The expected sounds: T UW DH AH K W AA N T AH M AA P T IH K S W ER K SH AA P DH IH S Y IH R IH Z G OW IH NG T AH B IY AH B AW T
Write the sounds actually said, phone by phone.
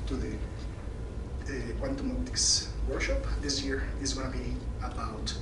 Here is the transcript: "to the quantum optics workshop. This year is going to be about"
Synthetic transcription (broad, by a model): T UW DH AH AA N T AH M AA T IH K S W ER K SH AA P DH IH S Y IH R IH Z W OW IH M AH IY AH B AW T